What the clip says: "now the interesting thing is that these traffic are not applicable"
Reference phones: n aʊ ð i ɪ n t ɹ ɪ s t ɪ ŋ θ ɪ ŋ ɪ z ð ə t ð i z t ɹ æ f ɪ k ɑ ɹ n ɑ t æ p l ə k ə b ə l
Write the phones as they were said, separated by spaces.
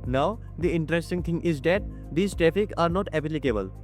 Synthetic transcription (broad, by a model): n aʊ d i ɪ n t ɹ ɪ s t ɪ ŋ t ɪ ŋ ɪ z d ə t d i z t ɹ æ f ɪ k ɑ ɹ n ɑ t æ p l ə k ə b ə l